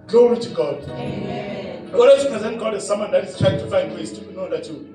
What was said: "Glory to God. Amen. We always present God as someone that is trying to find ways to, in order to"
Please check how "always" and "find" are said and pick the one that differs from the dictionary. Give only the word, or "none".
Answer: always